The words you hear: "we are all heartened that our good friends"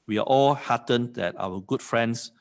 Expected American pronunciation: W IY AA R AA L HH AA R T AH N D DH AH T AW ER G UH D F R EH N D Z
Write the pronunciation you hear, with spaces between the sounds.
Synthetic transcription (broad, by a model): W IY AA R AA L HH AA T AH N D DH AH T AW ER G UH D F R EH N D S